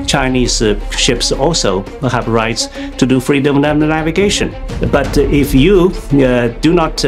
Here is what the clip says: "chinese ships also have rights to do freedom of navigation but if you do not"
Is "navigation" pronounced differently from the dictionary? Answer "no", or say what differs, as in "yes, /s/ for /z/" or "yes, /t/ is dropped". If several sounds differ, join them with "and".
no